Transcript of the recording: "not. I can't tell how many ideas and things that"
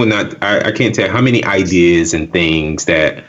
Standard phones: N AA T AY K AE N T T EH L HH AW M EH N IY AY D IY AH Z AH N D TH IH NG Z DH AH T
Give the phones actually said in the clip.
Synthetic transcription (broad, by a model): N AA T AY K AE N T T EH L HH AW M EH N IY AY D IY AH Z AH N TH IH NG Z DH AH T